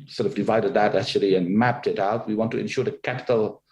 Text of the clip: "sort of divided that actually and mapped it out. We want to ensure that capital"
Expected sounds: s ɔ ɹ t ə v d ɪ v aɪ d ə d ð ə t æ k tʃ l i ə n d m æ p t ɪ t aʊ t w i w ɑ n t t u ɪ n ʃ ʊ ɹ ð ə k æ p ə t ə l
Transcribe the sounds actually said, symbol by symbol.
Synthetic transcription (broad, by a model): s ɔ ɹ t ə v d ɪ v aɪ d ə d ð ə t æ k tʃ l i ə n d m æ p t ɪ t aʊ t w i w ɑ n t t u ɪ n ʃ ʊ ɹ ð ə k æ p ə t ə l